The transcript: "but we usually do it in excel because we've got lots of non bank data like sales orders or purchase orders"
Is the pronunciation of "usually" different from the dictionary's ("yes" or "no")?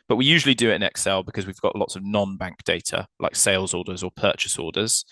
no